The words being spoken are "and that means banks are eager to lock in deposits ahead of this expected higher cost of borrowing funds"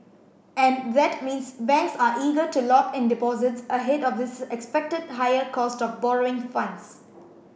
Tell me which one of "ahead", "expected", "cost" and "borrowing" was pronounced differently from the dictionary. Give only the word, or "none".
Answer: none